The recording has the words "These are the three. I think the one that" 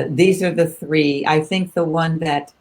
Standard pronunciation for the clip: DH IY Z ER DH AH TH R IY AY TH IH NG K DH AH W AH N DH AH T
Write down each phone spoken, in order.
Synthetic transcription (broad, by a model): DH IY Z ER DH AH TH R IY AY TH IH NG K DH AH W AH N DH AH T